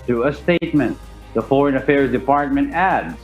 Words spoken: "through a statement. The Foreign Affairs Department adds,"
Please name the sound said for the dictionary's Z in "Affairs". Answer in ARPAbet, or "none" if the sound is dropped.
Z